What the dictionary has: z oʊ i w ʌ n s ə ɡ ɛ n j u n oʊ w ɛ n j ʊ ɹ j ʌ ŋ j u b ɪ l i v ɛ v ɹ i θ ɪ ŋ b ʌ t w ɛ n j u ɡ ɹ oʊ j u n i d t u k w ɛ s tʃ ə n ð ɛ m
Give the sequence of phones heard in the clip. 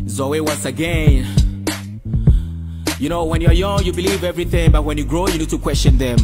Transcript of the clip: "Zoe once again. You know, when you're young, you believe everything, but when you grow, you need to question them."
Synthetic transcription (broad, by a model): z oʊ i w ʌ n s ə ɡ ɛ n j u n oʊ w ɛ n j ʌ ɹ j ʌ ŋ j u b ɪ l i v ɛ v ɹ i θ ɪ ŋ b ʌ t w ɛ n j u ɡ ɹ oʊ j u n i d t u k w ɛ s tʃ ə n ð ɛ m